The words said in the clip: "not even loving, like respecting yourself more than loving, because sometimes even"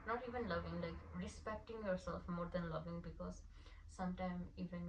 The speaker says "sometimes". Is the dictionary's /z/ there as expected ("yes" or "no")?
no